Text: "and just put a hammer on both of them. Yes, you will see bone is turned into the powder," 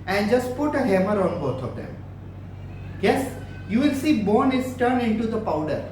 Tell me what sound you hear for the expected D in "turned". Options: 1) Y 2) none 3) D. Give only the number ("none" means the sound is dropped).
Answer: 2